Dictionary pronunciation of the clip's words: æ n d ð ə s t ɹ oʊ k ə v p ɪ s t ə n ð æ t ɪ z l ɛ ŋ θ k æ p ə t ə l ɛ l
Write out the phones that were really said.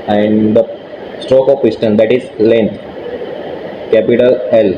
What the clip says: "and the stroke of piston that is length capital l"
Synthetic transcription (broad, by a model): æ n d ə s t ɹ oʊ k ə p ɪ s t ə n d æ t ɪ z l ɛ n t k æ p ə t ə l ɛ l